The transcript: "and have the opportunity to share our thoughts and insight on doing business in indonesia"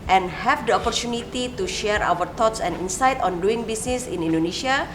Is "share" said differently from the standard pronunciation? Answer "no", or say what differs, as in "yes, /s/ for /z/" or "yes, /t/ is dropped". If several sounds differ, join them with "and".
no